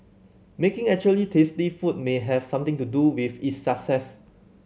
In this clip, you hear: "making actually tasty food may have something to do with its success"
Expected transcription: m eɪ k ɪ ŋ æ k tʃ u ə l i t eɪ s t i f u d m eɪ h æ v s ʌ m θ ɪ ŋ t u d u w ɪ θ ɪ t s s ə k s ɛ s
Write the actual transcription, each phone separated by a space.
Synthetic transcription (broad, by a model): m eɪ k ɪ ŋ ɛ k tʃ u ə l i t eɪ s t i f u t m eɪ h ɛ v s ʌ m t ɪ ŋ t u d u w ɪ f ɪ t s s ə k s ɛ s